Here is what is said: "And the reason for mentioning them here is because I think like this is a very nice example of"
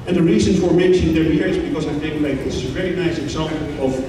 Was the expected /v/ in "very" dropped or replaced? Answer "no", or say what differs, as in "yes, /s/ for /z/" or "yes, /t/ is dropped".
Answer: no